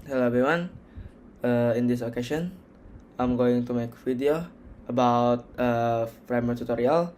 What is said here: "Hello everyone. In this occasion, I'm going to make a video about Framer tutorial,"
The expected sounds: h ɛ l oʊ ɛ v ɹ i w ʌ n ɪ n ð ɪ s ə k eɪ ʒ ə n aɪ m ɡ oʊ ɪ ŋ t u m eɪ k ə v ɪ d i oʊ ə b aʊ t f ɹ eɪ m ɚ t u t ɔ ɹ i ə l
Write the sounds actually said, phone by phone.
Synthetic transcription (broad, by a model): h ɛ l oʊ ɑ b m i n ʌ ɪ n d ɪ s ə k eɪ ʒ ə n aɪ m ɡ oʊ ɪ ŋ t u m eɪ k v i d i oʊ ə b aʊ t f ɹ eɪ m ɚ t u t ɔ ɹ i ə l